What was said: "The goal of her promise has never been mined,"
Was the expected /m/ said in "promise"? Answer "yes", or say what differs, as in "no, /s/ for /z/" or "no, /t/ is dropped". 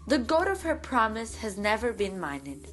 yes